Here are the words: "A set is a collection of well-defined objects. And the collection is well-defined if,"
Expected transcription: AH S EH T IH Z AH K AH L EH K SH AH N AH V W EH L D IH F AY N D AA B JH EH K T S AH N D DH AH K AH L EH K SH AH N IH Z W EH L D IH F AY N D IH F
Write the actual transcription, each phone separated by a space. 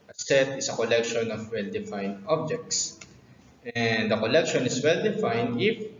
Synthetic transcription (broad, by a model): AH S EH T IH S AH K AH L EH K SH AH N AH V W EH L D IH F AY N D AA B JH EH K T S AH N D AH K AH L EH K SH AH N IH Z W EH L D IH F AY N D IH F